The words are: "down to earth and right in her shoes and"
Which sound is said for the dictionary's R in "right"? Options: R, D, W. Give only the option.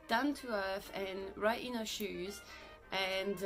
R